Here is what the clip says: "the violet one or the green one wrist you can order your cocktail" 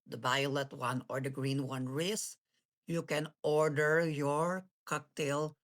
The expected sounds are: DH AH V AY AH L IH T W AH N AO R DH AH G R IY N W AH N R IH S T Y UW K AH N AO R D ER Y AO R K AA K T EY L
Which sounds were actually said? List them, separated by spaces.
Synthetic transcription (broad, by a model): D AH B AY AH L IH T W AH N AO R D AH G R IY N W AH N R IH S Y UW K AH N AO R D ER Y AO R K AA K T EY L